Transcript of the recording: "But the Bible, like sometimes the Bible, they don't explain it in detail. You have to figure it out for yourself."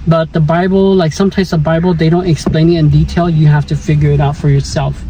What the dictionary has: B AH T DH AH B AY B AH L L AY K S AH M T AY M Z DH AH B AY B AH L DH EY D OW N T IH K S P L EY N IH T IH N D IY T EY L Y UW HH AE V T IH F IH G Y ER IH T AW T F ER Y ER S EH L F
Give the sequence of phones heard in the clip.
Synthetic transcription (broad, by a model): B AH T DH AH B AY B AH L L AY K S AH M T AY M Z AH B AY B L DH EY D OW N T IH K S P L EY N IH T IH N D IY T EY L Y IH HH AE F T IH F IH G Y ER IH T AW T F ER Y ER S EH L F